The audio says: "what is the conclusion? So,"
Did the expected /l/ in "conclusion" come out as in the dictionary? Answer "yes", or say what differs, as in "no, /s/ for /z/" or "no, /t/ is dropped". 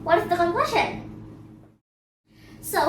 no, /w/ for /l/